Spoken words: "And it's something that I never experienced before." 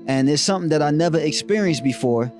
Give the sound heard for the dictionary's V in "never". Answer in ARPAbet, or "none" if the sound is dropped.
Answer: V